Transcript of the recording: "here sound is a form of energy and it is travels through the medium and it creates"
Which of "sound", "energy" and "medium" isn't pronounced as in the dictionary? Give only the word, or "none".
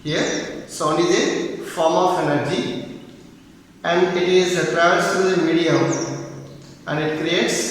sound